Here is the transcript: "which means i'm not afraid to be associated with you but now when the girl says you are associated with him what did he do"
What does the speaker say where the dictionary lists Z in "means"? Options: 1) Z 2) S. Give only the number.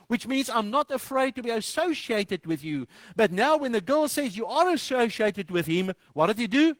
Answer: 1